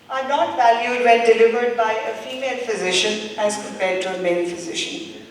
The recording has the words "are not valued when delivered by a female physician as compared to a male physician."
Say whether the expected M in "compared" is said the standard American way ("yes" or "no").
no